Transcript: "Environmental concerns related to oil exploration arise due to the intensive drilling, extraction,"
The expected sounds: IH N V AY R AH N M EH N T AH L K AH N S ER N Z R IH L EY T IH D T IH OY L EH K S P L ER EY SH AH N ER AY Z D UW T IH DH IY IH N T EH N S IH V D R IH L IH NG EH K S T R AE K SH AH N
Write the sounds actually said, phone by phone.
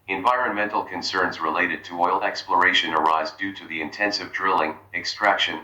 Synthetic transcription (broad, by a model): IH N V AY R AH N M EH N T L K AH N S ER N Z R IH L EY T IH D T IH OY L EH K S P L ER EY SH AH N ER AY Z D UW T IH DH IY IH N T EH N S IH V D R IH L IH NG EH K S T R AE K SH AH N